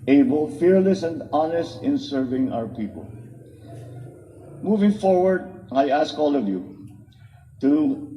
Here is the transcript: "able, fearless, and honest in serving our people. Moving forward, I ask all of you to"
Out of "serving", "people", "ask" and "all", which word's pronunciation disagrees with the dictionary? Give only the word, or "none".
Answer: none